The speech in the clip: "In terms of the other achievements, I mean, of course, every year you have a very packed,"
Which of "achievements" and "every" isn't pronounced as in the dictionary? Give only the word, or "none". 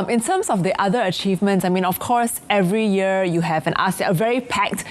none